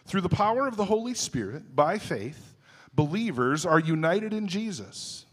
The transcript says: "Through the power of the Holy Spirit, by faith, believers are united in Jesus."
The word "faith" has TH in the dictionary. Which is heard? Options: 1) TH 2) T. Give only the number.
1